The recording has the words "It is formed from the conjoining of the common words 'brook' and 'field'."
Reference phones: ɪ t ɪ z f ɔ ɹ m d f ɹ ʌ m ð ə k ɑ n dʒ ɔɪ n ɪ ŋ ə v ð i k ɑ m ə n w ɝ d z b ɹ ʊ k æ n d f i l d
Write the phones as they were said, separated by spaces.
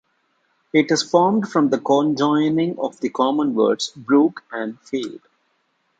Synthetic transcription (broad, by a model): ɪ t ɪ z f ɔ ɹ m d f ɹ ʌ m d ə k ɑ n dʒ ɔɪ n ɪ ŋ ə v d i k ɑ m ə n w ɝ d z b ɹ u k æ n d f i d